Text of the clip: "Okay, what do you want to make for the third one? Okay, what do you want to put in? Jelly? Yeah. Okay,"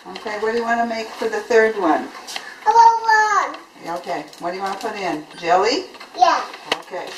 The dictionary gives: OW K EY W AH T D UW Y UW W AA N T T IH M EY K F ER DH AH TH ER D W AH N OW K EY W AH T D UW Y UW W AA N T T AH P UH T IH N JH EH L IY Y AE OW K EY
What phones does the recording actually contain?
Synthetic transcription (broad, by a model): OW K EY W AH T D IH Y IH W AA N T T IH M EY K F ER DH AH TH ER D W AH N OW K EY W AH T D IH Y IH W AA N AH P UH T IH N JH EH L IY Y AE OW K EY